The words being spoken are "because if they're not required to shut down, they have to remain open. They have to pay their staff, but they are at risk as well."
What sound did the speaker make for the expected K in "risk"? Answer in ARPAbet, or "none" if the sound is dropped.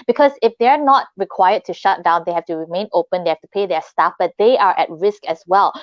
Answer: K